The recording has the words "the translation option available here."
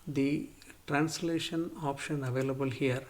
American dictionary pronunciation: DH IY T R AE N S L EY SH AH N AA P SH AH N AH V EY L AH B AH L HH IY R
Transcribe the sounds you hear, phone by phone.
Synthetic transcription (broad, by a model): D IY T R AE N S L EY SH AH N AA P SH AH N AH V EY L AH B AH L HH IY R